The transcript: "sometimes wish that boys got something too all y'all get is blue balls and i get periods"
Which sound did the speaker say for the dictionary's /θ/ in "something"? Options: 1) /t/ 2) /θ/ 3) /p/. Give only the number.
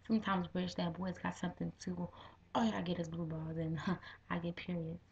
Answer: 2